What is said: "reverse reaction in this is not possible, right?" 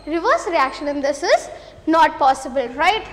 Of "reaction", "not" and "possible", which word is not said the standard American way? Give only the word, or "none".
none